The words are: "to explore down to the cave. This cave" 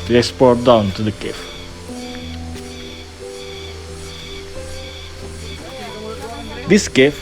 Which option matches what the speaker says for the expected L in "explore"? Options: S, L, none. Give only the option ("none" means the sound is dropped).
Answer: none